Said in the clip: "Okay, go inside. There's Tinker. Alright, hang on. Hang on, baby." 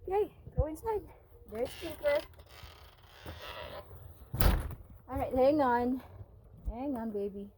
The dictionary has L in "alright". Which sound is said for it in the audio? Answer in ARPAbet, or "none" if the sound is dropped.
none